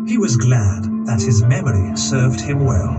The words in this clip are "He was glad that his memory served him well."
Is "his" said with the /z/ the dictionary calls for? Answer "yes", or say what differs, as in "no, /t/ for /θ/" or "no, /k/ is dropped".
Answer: yes